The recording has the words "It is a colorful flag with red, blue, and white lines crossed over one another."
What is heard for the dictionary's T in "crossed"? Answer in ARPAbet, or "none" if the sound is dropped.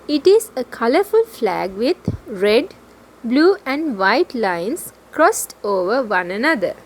T